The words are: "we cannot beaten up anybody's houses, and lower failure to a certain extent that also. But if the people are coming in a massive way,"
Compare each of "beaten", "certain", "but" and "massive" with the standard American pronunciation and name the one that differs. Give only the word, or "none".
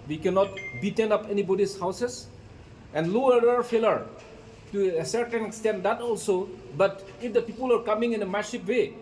massive